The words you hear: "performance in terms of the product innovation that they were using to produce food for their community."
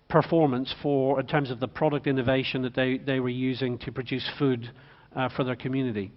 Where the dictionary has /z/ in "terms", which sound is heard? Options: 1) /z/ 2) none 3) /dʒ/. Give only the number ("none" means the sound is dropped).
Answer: 1